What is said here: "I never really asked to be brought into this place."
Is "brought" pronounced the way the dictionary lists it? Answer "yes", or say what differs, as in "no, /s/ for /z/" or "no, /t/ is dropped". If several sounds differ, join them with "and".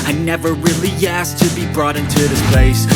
yes